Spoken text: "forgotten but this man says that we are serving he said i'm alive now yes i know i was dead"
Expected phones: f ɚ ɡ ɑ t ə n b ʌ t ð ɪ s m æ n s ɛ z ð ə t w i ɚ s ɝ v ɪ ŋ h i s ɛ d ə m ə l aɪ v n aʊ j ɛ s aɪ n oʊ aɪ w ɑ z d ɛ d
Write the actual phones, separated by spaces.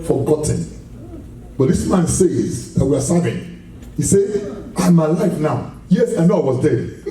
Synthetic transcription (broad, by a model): f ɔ ɡ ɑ t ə n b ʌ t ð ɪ s m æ n s ɛ z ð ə t w i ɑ s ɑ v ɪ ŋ h i s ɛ ə m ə l aɪ f n aʊ j ɛ s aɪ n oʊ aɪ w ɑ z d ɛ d